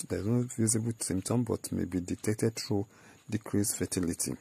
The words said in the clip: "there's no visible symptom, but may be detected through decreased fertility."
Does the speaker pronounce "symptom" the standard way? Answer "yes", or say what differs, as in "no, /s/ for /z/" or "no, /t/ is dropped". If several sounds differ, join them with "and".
no, /p/ is dropped